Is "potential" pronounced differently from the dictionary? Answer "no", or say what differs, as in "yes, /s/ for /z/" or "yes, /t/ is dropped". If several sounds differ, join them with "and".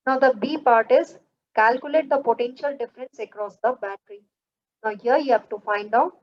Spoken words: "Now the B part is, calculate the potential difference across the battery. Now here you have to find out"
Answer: no